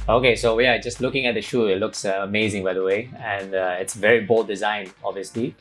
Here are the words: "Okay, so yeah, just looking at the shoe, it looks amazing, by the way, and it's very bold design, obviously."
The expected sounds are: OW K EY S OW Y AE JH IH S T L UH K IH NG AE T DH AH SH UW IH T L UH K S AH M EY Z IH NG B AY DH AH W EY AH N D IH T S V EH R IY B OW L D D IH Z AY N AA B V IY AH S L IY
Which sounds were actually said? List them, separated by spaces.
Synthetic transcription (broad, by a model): OW K EY S OW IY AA JH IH S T L UH K IH NG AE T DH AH SH UW IH T L UH K S AH M EY Z IH NG B AY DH AH W EY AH N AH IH T S V EH R IY B OW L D D IH Z AY N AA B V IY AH S L IY